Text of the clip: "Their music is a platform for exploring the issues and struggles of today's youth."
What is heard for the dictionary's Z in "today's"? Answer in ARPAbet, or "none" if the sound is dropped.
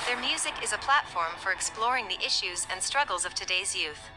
Z